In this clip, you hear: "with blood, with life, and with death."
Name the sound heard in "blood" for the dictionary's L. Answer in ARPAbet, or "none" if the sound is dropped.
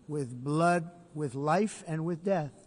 L